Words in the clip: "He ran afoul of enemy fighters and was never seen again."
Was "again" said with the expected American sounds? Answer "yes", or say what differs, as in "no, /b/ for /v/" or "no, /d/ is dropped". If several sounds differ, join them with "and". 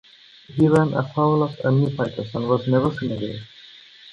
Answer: no, /n/ is dropped